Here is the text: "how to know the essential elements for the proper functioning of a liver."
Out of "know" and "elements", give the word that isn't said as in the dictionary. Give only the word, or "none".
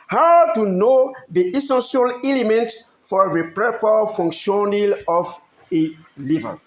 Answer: elements